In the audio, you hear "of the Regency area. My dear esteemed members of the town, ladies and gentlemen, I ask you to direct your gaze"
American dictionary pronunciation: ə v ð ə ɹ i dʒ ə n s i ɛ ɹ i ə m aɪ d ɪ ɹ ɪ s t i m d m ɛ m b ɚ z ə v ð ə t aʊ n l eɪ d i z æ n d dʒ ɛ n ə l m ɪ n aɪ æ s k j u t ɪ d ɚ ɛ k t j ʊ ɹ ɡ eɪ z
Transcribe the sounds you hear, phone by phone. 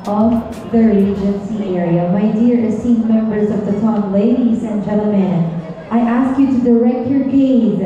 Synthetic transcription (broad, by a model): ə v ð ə ɹ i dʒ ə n s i ɛ ɹ i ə m aɪ d ɪ ɹ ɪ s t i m m ɛ m b ɚ z ə v ð ə t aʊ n l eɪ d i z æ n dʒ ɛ l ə m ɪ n aɪ æ s k j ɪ t ɪ d ɚ ɛ k t j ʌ ɹ ɡ eɪ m